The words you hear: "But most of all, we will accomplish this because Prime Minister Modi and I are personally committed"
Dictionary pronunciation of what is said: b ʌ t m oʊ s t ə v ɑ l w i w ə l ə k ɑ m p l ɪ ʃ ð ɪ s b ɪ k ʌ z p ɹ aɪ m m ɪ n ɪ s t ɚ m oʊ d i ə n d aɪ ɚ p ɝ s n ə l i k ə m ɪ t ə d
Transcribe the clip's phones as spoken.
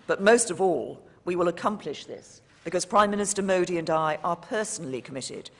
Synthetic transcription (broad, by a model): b ʌ t m oʊ s t ə v ɑ l w i w ə l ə k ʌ m p l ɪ ʃ ð ɪ s b ɪ k ʌ z p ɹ aɪ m m ɪ n ɪ s t ɚ m oʊ d i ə n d aɪ ɚ p ɝ s n l i k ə m ɪ t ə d